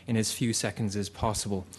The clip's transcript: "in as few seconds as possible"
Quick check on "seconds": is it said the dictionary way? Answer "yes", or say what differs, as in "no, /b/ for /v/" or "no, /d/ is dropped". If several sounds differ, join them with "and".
yes